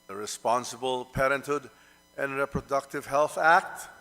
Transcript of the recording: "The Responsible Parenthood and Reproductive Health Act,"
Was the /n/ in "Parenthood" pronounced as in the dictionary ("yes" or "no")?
yes